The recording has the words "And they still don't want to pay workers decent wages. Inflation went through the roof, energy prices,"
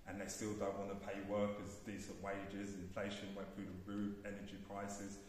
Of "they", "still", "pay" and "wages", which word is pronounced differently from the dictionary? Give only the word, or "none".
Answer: none